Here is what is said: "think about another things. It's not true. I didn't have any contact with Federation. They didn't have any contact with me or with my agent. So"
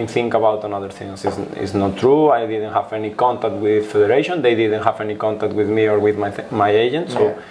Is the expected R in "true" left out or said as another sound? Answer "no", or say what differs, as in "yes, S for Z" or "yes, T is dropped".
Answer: no